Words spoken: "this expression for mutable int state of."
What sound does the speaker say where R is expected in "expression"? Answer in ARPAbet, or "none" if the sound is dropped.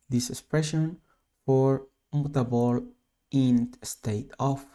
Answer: R